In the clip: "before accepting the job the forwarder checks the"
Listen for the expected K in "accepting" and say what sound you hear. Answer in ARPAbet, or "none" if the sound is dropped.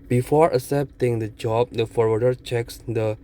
none